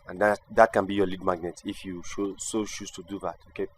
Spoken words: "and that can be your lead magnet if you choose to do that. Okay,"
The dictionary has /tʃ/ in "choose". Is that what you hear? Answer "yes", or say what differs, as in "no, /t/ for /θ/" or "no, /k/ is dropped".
no, /ʃ/ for /tʃ/